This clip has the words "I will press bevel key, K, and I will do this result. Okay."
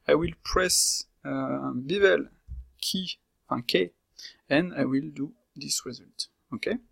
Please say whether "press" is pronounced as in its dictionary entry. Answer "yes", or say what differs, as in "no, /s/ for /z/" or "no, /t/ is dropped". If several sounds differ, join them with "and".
yes